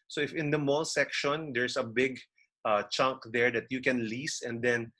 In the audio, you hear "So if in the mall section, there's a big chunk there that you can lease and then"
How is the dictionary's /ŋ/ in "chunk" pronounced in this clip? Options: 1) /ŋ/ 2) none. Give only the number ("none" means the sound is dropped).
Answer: 1